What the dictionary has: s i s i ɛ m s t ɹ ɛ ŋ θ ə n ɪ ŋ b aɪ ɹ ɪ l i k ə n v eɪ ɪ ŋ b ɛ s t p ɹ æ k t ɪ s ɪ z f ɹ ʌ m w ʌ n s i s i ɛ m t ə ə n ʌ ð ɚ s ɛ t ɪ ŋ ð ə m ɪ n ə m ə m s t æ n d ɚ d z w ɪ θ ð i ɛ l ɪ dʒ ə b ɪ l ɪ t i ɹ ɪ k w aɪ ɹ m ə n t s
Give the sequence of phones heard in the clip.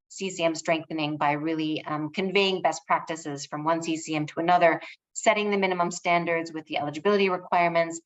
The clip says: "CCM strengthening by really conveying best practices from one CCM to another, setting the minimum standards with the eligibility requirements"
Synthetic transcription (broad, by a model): s i s i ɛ m s t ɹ ɛ ŋ θ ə n ɪ ŋ b aɪ ɹ ɪ l i k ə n v eɪ ɪ ŋ b ɛ s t p ɹ æ k t ɪ s ɪ z f ɹ ʌ m w ʌ n s i s i ɛ m t ə ə n ʌ ð ɚ s ɛ t ɪ ŋ ð ə m ɪ n ə m ə m s t æ n d ɚ d z w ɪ ð i ɛ l ɪ dʒ ə b ɪ l ɪ t i ɹ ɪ k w aɪ ɹ m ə n t s